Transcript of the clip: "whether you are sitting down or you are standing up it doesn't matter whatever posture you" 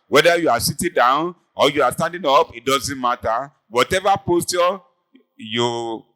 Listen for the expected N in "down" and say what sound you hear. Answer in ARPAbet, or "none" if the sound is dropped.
N